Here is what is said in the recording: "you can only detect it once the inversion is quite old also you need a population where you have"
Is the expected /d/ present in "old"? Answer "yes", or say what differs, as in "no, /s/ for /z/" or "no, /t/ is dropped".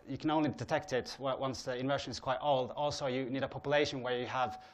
yes